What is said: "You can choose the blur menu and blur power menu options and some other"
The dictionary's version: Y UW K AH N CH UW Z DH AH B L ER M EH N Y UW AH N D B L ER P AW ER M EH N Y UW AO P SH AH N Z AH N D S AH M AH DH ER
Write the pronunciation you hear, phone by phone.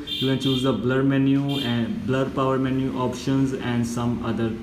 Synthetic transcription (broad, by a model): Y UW K AH N CH UW Z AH B L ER M EH N Y UW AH B L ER P AW ER M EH N Y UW AO P SH AH N Z AH N D S AH M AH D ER